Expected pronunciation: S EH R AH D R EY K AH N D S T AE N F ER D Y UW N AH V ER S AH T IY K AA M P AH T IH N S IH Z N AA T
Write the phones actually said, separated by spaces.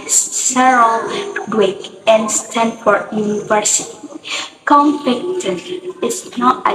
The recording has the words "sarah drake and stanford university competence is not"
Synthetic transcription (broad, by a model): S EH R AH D W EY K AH N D S T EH N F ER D Y UW N AH V ER S AH T IY K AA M F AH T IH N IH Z N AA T